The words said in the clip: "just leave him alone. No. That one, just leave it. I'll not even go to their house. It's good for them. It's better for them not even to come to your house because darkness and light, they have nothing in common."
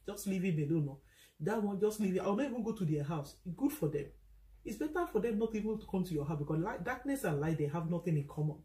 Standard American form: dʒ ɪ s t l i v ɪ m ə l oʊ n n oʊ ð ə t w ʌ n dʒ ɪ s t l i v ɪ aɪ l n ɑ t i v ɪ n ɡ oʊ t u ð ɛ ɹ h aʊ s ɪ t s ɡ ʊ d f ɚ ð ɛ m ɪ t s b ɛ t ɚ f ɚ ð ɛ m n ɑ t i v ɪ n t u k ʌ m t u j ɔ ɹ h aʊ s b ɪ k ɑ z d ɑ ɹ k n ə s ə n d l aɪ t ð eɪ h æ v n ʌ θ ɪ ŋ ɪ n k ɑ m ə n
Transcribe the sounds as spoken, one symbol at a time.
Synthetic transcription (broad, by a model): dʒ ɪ s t l i v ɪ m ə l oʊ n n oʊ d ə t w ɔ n dʒ ɪ s t l i v ɪ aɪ w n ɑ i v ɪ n ɡ oʊ t u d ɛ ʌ h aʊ ɪ s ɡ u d f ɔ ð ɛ m ɪ t s b ɛ t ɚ f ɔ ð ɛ m n ɑ t i v ɪ n t u k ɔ m t u j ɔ h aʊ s b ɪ k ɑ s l ɑ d k n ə s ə n l aɪ t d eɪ h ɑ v n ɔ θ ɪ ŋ ɪ n k ɑ m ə n